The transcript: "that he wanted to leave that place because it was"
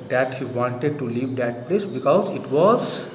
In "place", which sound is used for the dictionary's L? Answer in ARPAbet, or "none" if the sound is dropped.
L